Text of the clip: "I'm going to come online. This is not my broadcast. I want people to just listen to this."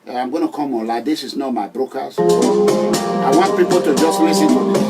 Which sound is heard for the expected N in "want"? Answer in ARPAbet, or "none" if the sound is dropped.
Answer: N